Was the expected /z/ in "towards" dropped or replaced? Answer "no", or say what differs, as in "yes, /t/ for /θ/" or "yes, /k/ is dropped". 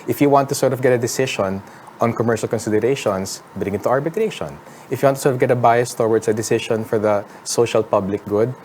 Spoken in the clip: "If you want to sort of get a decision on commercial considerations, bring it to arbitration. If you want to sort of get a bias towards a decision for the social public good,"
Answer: yes, /s/ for /z/